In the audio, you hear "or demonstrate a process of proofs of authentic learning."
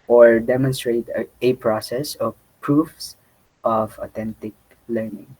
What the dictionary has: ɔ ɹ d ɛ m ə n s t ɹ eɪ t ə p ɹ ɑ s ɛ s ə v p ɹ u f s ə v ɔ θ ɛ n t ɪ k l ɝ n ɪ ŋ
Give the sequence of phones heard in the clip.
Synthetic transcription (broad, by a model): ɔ ɹ d ɛ m ə n s t ɹ eɪ t ə p ɹ ɑ s ɛ s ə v p ɹ u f s ə v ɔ t ɛ n t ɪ k l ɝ n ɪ ŋ